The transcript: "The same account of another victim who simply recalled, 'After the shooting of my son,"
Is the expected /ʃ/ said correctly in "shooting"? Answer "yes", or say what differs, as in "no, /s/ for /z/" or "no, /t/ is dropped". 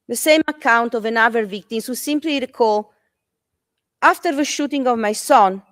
yes